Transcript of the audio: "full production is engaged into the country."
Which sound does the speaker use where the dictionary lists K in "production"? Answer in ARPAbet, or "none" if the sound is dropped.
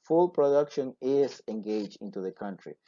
K